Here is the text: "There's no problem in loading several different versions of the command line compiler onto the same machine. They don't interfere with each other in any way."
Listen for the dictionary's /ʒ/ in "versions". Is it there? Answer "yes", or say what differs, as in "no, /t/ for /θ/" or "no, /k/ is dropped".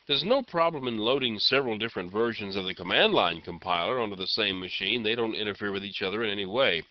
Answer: yes